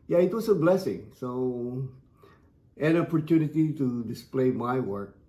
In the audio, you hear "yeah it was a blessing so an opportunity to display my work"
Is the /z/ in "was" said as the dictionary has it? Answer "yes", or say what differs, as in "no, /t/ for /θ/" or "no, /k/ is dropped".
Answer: no, /s/ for /z/